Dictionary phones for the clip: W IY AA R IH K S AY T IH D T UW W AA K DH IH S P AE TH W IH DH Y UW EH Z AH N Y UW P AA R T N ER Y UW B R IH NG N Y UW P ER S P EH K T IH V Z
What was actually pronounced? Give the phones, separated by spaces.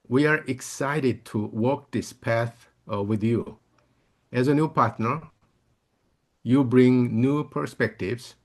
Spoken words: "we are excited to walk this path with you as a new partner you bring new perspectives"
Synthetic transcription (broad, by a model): W IY AA R IH K S AY T IH D T UW W AA K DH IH S P AE TH W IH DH Y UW EH Z AH N Y UW P AA R T N ER Y UW B R IH NG N Y UW P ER S P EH K T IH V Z